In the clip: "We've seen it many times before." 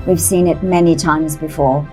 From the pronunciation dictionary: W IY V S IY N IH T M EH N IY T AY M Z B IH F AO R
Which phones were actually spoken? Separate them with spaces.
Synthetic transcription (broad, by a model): W IY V S IY N IH T M EH N IY T AY M Z B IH F AO R